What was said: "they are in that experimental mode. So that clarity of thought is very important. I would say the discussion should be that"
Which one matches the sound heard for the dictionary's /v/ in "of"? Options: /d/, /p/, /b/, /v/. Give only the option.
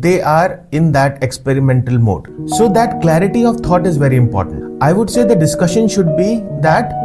/v/